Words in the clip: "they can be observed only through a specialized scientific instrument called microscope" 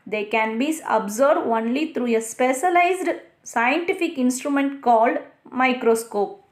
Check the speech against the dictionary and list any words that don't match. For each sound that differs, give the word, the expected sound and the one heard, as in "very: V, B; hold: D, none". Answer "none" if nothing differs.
observed: V, none; through: TH, T